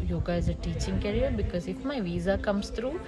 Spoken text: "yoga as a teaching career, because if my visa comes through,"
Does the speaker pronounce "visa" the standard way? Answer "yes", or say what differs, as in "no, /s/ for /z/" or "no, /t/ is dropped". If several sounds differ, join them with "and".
yes